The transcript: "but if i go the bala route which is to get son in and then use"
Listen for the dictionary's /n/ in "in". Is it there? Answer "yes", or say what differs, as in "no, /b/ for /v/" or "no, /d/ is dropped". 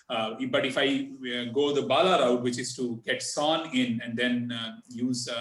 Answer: yes